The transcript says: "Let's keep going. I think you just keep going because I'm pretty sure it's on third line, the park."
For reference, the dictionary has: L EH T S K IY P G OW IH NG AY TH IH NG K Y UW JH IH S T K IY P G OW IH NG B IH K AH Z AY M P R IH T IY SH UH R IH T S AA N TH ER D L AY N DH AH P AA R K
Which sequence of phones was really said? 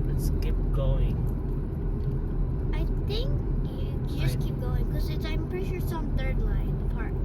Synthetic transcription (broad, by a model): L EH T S K IY P G OW IH NG AY TH IH NG K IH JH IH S K IY P G OW IH NG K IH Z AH AY M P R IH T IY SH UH R S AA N TH ER D L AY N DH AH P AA R